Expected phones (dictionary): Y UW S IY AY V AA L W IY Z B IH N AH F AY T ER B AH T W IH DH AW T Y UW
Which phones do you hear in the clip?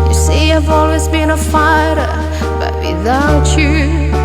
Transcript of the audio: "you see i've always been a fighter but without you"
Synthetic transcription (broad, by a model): Y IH S IY AY V AA L W IY Z B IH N AH F AY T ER B AH T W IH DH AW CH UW